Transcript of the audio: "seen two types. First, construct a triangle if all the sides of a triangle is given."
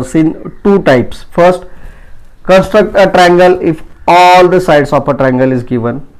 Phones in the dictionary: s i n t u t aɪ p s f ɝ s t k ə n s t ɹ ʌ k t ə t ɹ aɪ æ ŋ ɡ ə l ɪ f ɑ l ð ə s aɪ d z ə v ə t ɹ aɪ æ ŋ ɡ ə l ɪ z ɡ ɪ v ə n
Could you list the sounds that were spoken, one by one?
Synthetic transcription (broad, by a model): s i n t u t aɪ p s f ɝ s t k ə n s t ɹ ʌ k t ə t ɹ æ ŋ ɡ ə l ɪ f ɑ l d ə s aɪ d s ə p ə t ɹ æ ŋ ɡ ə l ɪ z ɡ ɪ v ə n